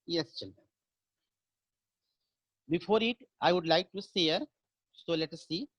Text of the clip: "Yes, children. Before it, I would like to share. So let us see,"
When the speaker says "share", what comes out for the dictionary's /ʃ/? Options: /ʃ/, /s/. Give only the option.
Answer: /s/